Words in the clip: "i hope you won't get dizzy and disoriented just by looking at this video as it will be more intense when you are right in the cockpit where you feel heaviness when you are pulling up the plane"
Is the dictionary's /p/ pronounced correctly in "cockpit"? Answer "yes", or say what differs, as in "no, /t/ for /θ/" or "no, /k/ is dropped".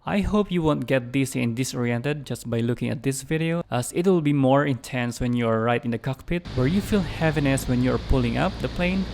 yes